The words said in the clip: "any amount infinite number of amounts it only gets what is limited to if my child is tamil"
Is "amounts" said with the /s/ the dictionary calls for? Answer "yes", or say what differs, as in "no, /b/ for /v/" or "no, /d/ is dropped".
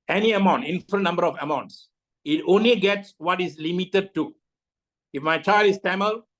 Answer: yes